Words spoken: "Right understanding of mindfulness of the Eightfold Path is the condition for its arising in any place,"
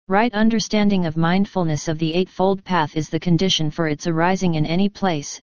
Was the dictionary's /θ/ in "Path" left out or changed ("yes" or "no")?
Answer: no